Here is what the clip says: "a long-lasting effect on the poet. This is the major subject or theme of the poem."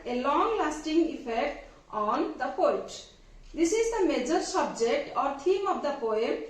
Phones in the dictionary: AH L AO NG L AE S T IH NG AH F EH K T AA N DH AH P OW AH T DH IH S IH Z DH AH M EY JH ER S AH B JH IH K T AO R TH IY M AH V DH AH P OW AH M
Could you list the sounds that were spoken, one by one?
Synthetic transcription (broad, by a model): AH L AO NG L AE S T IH NG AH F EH K T AA N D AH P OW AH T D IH S IH Z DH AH M EY JH ER S AH B JH IH K T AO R T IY M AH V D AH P OW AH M